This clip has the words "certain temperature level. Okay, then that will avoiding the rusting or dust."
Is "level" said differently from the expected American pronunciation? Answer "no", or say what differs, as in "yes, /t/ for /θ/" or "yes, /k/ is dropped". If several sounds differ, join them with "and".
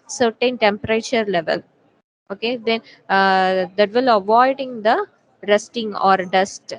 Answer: no